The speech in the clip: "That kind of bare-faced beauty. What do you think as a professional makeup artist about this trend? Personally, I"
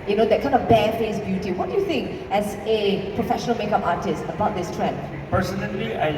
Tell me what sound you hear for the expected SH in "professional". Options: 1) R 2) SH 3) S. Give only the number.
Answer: 2